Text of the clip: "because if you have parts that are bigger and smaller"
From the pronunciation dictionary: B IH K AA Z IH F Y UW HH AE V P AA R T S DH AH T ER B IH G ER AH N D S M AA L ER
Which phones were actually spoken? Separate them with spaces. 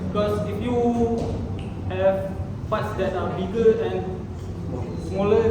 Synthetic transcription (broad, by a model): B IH K AA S IH F Y UW HH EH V F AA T S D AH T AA B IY G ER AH N S M AA L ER